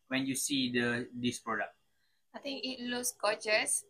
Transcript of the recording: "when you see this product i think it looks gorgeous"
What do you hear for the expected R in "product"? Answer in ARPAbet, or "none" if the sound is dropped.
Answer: R